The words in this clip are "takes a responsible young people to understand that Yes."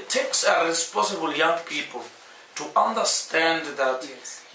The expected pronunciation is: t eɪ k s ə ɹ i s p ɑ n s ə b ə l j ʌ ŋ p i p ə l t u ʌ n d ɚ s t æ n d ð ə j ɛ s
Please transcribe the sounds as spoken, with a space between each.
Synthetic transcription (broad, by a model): t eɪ k s ə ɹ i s p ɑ s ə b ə l j ʌ ŋ p i p ə l t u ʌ n d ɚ s t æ n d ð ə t